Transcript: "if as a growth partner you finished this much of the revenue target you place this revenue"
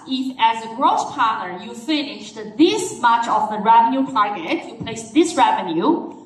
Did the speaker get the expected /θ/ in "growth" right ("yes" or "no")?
no